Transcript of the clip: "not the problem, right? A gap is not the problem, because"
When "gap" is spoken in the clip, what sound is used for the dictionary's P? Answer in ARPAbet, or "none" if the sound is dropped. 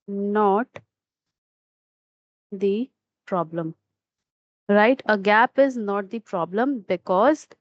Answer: P